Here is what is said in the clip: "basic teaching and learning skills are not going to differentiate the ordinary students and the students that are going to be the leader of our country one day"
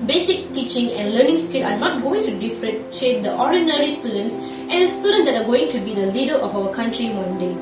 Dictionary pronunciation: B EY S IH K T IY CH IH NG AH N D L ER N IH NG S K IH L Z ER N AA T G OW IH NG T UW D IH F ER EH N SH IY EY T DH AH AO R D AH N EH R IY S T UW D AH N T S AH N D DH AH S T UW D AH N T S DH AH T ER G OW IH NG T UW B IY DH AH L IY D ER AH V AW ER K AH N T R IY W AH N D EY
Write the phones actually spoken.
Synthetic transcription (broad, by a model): B EY S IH K T IY CH IH NG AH N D L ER N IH NG S K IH L AA N AA T G OW IH NG T UW D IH F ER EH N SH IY EY T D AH AO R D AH N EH R IY S T UW D AH N T S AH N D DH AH S T UW D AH N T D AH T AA G OW IH NG T UW B IY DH AH L IY D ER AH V AW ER K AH N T R IY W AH N D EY